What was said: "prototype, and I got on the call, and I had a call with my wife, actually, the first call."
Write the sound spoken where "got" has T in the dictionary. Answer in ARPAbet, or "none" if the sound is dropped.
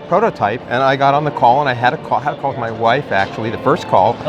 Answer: T